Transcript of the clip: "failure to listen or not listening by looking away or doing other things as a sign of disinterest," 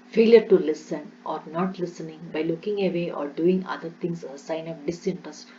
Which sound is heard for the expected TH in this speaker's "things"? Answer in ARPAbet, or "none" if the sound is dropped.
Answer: T